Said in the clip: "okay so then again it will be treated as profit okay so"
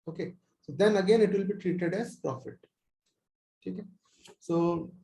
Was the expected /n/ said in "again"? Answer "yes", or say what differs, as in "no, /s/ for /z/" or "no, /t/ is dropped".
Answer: yes